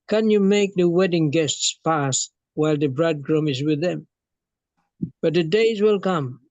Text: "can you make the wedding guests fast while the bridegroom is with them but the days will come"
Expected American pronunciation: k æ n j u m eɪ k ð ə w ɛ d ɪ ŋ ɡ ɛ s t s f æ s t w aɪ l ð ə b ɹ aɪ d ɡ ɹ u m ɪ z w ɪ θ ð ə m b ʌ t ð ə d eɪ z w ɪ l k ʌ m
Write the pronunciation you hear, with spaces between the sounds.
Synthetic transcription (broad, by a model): k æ n j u m eɪ k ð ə w ɛ d ɪ ŋ ɡ ɛ s t s p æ s w aɪ l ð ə b ɹ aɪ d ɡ ɹ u m ɪ z w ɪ ð ə m b ʌ t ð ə d eɪ z w ɪ l k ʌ m